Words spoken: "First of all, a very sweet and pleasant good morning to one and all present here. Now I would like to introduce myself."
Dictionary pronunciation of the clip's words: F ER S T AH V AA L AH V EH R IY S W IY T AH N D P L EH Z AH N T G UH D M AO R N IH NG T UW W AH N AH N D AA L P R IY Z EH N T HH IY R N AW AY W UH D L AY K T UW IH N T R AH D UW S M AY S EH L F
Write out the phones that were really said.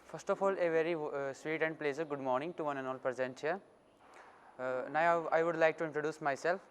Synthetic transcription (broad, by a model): F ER S T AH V AA L AH V EH R IY S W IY T AH N D P L EH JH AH T G UH D M AO R N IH NG T UW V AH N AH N AA L P R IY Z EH N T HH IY R N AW AY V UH D L AY K T UW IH N T R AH D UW S M AY S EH L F